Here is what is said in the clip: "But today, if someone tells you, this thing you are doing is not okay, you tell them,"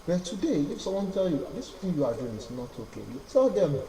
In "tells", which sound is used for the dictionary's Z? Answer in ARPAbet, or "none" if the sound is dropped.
none